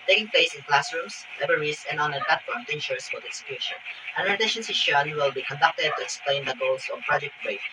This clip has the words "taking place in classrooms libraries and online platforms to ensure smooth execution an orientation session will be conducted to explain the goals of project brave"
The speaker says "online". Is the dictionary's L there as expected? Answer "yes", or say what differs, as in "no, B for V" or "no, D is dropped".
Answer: no, L is dropped